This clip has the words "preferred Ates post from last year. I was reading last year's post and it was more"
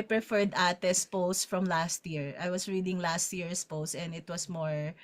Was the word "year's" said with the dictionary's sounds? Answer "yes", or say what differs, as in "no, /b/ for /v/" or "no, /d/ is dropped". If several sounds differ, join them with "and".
no, /s/ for /z/